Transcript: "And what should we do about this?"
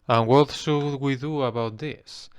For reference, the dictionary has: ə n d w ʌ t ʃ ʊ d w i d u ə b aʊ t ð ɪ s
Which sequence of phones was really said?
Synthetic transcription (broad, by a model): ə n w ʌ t s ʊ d w i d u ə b aʊ t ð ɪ s